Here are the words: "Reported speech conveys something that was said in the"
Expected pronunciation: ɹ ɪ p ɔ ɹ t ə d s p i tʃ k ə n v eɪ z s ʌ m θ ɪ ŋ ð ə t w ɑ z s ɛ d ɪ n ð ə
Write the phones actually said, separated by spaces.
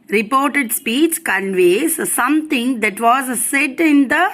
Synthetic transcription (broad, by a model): ɹ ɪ p ɔ ɹ t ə d s p i tʃ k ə n v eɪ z s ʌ m t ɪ ŋ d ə t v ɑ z s ɛ d ɪ n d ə